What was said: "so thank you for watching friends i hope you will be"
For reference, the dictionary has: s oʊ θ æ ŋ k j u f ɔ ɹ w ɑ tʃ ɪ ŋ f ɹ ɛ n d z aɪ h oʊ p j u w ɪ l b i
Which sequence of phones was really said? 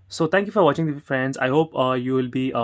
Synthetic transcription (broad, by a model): s oʊ t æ ŋ k j u f ɔ ɹ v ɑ tʃ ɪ ŋ f ɹ ɛ n d z aɪ h oʊ p j u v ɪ l b i